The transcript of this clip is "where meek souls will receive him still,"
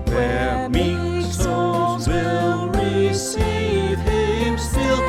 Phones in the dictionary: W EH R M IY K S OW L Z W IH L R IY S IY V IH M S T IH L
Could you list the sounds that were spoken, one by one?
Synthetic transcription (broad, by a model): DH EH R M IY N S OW Z W IH L R IY S IY V IH M S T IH L